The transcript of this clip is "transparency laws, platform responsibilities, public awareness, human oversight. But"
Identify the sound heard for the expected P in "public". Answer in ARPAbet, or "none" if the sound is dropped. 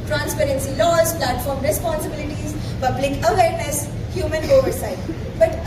B